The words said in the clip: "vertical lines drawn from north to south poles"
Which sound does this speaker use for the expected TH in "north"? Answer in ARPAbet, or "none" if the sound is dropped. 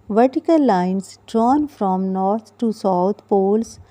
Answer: T